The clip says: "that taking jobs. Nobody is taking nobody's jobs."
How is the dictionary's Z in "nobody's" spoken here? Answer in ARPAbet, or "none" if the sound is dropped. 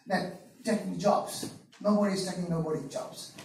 none